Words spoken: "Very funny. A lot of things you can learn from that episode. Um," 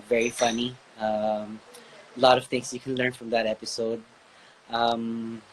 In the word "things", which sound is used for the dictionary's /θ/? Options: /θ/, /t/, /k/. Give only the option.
/t/